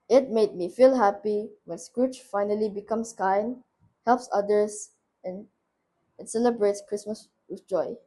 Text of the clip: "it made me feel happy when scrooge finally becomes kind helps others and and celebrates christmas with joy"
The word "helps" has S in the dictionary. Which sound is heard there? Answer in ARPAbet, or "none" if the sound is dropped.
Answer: S